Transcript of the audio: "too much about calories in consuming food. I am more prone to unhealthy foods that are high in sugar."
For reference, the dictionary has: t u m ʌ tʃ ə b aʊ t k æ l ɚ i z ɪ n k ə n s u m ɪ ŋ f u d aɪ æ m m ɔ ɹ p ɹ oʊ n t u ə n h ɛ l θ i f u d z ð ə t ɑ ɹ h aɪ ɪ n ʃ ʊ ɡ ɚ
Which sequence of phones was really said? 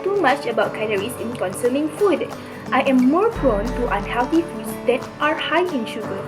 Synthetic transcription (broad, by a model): t u m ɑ tʃ ə b aʊ t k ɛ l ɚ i s ɪ n k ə n s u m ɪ ŋ f u d aɪ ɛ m m ɔ ɹ p ɹ oʊ n t u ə n h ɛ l t i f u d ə t ɑ ɹ h aɪ ɪ n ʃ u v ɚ